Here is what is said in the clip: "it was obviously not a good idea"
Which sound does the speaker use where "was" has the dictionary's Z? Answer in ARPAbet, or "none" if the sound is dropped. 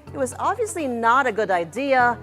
Z